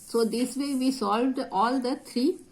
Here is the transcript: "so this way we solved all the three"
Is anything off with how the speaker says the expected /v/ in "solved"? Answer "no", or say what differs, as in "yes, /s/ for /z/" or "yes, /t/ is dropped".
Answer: no